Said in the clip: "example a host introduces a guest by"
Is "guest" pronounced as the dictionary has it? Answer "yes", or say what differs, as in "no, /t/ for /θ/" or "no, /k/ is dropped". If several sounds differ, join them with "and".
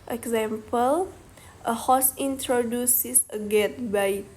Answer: no, /s/ is dropped